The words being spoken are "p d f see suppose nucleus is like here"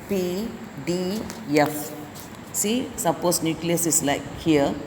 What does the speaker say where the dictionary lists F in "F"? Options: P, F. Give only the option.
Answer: F